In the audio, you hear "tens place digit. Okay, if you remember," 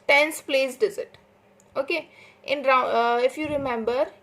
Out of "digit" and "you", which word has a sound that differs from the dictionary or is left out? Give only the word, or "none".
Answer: digit